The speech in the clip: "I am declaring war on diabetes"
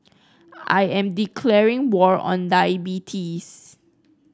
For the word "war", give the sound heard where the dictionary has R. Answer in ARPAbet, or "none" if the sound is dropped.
R